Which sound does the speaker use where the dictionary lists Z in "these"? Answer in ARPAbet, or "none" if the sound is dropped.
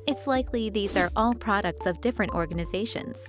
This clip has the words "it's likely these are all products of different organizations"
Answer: Z